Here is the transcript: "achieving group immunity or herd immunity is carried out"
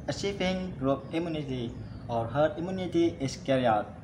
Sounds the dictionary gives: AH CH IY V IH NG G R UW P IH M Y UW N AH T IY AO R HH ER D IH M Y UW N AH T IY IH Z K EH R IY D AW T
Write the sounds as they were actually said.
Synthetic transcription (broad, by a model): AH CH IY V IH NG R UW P IH M Y UW N AH T IY AO R HH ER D IH M Y UW N AH T IY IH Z K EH R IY AW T